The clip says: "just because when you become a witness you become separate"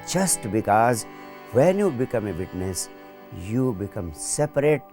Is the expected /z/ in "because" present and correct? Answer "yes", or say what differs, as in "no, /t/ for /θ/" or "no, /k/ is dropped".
yes